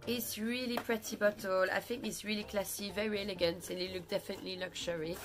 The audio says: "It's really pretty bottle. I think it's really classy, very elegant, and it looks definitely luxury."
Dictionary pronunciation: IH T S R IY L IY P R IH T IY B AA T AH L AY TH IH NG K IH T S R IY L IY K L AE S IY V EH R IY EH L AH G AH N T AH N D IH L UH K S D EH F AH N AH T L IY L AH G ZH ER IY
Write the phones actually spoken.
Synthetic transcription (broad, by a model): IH T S R IY L IY P R IH T IY B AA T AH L AY TH IH NG K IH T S R IY L IY K L AE S IY V EH R IY EH L AH G AH N T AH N IH L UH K D EH F AH N AH T L IY L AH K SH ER IY